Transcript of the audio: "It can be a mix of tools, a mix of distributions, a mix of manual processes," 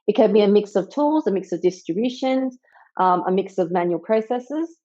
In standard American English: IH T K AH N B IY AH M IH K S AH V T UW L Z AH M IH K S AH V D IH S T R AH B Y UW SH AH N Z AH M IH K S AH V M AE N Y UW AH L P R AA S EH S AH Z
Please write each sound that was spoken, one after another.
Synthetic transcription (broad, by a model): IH T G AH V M IY AH M IH K S AH V T UW L Z AH M IH K S AH V D IH S T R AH B Y UW SH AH N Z AH M IH K S AH V M AE N Y UW AH L P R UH S EH S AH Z